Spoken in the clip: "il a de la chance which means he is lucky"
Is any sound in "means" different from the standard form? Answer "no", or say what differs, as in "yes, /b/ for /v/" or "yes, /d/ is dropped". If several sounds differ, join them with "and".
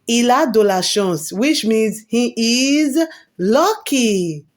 no